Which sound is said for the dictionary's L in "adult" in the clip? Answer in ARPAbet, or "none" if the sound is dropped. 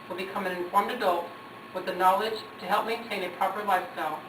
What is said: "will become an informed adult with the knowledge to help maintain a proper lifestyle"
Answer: L